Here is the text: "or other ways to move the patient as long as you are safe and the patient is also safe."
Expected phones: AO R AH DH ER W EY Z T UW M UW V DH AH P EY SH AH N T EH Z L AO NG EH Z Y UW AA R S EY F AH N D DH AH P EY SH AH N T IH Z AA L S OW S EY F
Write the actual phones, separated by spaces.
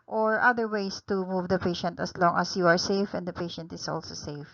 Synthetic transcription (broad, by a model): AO R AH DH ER W EY S T UW M UW V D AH P EY SH AH N T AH S L AO NG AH S Y UW AA R S EY F AH N D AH P EY SH AH N T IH S AA L S OW S EY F